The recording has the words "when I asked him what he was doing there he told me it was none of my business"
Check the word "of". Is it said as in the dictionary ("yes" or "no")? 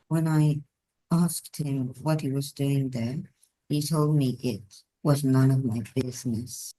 yes